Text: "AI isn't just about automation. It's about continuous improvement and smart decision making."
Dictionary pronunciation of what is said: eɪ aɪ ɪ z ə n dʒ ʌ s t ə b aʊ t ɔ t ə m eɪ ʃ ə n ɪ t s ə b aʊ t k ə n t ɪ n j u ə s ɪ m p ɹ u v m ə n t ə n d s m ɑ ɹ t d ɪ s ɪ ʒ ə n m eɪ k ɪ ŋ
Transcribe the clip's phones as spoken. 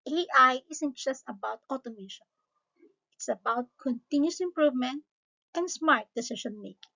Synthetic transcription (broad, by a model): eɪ aɪ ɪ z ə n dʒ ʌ s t ə b aʊ t ɔ t ə m eɪ ʃ ə n ɪ t s ə b aʊ t k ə n t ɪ n j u s ɪ m p ɹ u v m ə n t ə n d s m ɑ ɹ t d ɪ s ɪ ʃ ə n m eɪ k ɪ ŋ